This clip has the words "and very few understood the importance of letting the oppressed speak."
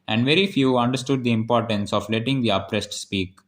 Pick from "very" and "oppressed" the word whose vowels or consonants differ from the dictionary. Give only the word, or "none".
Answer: none